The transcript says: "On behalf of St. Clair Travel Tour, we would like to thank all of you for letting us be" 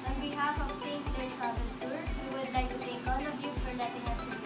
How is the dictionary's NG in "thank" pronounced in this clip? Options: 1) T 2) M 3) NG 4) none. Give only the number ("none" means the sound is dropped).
4